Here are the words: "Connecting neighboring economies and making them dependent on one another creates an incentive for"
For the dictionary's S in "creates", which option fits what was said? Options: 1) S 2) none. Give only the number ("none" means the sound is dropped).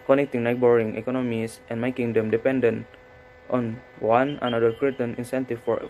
2